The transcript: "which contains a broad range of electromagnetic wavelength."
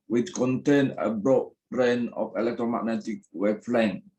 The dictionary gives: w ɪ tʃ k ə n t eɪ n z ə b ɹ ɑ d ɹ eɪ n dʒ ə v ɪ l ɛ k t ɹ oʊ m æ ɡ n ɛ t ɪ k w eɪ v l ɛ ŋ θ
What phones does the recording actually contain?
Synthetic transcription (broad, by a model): w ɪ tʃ k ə n t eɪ n ə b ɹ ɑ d ɹ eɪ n ə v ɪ l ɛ k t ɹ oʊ m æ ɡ n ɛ t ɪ k w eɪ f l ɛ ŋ